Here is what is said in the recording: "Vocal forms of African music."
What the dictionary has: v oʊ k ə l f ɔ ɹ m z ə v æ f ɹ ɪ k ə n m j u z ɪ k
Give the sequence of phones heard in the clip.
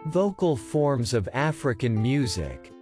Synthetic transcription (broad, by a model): v oʊ k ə l f ɔ ɹ m z ə v æ f ɹ ɪ k ə n m j u z ɪ k